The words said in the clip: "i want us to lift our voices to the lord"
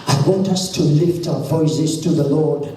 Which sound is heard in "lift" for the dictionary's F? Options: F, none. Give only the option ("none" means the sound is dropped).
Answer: F